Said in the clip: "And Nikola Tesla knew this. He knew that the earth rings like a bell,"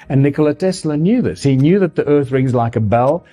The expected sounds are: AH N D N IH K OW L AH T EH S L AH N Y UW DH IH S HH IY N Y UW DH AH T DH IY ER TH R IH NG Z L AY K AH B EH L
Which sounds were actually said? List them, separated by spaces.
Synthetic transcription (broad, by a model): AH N N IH K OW L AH T EH S L AH N Y UW DH IH S HH IY N Y UW DH AH T DH IY ER TH R IH NG Z L AY K AH B EH L